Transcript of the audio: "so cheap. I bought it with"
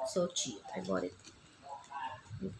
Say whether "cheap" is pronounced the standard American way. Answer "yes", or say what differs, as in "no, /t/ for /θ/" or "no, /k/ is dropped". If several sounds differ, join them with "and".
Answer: no, /p/ is dropped